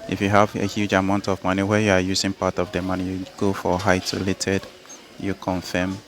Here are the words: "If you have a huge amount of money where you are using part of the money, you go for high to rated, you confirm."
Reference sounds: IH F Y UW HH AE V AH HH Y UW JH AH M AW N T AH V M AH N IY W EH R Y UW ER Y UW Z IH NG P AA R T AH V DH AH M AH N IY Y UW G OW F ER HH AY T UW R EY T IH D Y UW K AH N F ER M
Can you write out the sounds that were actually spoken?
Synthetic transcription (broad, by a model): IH F Y UW HH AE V AH HH Y UW JH AH M AW N T AH V M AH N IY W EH Y UW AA Y UW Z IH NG P AA T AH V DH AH M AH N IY Y UW G OW F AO HH AY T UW L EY T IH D Y UW K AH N F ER M